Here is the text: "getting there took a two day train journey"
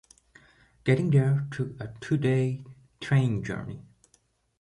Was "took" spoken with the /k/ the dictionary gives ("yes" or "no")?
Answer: no